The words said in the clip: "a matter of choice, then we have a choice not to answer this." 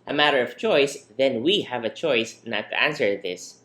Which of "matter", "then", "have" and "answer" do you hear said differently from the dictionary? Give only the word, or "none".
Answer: none